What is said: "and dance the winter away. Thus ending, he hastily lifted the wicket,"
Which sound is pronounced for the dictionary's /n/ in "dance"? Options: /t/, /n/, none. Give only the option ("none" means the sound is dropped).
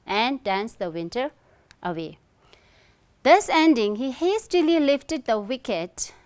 /n/